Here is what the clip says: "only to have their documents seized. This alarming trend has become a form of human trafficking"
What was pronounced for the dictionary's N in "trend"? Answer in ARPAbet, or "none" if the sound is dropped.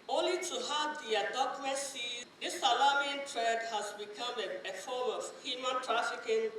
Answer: none